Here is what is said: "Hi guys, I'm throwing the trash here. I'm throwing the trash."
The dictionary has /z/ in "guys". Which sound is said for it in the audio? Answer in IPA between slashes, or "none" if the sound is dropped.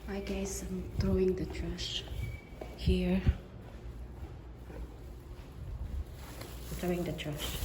/s/